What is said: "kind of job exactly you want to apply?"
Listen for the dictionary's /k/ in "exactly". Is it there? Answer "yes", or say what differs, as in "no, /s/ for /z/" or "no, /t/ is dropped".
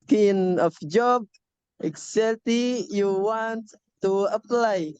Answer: no, /k/ is dropped